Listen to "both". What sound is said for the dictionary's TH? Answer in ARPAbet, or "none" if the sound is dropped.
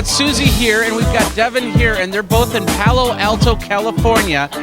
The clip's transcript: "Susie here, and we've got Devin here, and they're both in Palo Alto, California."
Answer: TH